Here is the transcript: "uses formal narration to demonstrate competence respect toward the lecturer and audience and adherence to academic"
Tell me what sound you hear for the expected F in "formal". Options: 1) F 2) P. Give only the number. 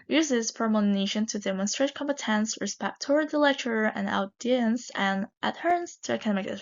2